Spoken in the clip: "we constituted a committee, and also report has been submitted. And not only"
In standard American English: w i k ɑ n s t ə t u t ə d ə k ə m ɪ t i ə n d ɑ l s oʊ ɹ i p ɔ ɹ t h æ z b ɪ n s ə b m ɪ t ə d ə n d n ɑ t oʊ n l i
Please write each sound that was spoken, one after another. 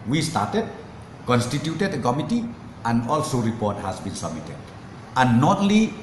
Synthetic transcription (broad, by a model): w i k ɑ n s t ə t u t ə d ə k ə m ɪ t i ə n d ɑ l s oʊ ɹ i p ɔ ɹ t h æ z b ɪ n s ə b m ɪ t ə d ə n n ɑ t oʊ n l i